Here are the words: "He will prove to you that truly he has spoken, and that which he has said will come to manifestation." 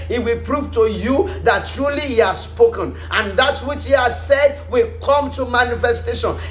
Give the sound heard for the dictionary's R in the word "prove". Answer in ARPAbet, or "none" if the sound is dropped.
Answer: R